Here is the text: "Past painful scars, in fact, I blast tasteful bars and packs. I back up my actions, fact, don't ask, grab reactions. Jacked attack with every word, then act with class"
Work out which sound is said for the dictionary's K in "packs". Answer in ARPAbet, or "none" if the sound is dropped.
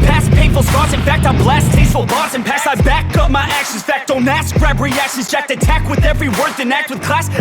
none